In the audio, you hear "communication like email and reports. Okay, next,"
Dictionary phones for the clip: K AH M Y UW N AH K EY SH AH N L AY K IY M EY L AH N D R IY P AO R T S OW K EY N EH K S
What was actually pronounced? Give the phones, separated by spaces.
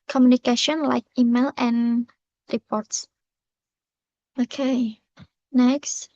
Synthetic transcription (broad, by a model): K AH M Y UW N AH K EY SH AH N L AY K IY M EY L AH N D R IY P AO R T S OW K EY N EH K S